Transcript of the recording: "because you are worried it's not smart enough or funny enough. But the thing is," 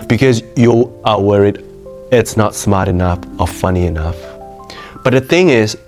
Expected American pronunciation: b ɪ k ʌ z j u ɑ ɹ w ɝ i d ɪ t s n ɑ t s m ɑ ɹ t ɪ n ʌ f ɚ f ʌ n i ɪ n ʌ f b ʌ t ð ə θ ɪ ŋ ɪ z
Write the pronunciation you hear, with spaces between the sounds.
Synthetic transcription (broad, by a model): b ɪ k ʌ z j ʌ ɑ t w ɝ i d ɪ t s n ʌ t s m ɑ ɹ t ɪ n ʌ f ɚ f ʌ n i ɪ n ʌ f b ʌ t ð ə θ ɪ ŋ ɪ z